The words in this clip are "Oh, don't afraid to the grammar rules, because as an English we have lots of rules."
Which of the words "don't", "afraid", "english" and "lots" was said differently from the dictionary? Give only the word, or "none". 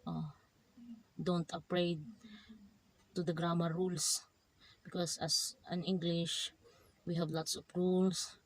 afraid